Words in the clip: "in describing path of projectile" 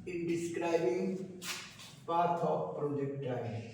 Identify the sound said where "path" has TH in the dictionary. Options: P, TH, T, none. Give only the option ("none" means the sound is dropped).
T